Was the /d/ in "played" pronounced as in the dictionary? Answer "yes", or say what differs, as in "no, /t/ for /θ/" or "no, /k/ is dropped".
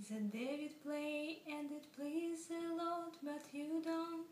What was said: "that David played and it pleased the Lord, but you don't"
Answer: no, /d/ is dropped